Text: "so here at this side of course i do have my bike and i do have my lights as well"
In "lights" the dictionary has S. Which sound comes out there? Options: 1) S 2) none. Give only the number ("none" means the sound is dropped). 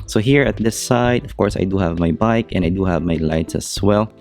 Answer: 1